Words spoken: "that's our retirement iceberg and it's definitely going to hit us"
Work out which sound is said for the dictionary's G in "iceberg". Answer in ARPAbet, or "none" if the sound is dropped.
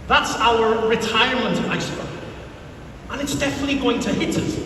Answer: none